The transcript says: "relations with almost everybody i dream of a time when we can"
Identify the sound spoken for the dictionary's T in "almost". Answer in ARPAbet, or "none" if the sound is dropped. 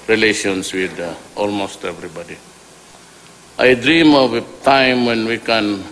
T